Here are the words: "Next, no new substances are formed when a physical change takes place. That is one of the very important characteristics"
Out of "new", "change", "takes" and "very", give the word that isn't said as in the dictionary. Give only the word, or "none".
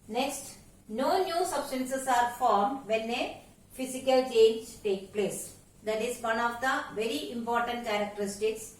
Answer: takes